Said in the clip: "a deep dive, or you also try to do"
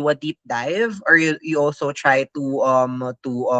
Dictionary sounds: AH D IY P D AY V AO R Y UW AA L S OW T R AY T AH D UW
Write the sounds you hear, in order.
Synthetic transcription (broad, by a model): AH D IY P D AY V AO R Y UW AA L S OW T R AY T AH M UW